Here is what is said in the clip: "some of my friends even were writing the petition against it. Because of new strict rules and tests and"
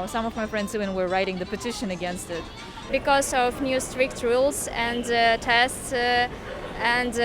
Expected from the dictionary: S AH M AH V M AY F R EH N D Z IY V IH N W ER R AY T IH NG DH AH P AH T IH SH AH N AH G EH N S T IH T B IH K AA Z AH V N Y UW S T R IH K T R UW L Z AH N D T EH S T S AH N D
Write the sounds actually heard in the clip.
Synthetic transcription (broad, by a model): S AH M AH V M AY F R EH N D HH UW IH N W ER R AY T IH NG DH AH P AH T IH SH AH N AH G EH N S T IH T B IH K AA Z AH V N Y UW S T R IH K T R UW L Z AH N D T EH S T S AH N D